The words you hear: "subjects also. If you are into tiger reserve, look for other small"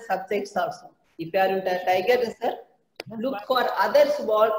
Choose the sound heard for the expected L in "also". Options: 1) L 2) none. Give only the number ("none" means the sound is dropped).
2